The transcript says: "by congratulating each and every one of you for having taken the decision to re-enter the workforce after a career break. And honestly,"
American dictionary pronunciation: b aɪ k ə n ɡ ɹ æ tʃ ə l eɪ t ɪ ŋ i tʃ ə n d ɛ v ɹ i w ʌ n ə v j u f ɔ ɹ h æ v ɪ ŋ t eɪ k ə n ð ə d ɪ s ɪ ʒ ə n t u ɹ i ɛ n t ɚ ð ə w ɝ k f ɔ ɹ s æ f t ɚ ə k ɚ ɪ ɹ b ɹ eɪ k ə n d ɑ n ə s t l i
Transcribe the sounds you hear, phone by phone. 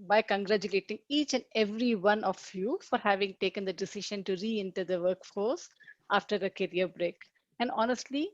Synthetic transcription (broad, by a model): b aɪ k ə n ɡ ɹ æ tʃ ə l eɪ t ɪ ŋ i tʃ ə n d ɛ v ɹ i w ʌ n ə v j u f ɔ ɹ h æ v ɪ ŋ t eɪ k ə n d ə d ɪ s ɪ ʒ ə n t u ɹ i ɛ n t ɚ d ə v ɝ k f ɔ ɹ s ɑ f t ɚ ə k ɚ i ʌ b ɹ eɪ k ə n d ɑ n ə s t l i